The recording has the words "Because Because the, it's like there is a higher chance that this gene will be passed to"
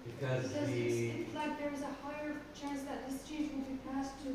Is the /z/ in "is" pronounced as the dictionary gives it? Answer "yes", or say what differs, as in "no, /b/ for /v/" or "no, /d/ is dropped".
yes